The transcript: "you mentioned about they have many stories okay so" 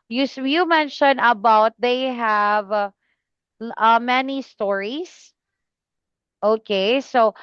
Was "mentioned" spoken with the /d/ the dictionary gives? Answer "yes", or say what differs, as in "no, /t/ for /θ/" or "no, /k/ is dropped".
no, /d/ is dropped